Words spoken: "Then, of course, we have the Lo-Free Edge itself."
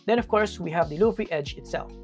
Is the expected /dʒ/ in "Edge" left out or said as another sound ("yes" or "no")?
no